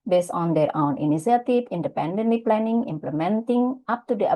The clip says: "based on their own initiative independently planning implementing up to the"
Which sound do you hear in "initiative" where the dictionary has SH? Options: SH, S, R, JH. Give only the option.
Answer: S